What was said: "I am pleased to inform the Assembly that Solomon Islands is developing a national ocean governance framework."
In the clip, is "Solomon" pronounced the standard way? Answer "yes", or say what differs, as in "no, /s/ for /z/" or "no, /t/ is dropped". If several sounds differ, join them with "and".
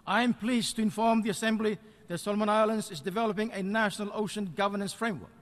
yes